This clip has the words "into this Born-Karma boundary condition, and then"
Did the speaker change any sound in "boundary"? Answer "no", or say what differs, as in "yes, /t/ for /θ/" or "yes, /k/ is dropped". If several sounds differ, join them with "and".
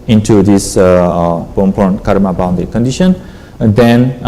yes, /ɹ/ is dropped